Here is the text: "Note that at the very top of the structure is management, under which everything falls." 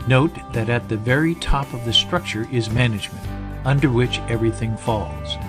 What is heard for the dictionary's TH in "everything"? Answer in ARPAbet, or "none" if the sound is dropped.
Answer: TH